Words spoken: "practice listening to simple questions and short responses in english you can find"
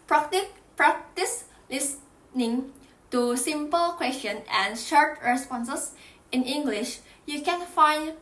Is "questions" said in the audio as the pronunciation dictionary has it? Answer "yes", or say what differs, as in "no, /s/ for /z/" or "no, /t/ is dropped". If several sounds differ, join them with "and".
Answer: no, /z/ is dropped